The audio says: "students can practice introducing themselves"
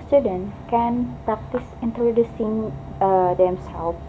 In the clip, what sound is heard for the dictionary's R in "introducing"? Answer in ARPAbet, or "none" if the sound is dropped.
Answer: R